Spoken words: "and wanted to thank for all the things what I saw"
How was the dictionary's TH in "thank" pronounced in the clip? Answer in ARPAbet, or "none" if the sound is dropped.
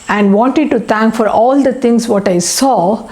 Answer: T